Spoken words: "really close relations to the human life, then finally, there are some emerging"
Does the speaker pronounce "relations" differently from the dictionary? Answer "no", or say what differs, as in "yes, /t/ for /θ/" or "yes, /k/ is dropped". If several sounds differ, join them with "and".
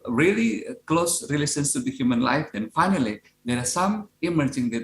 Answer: yes, /s/ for /ʃ/ and /s/ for /z/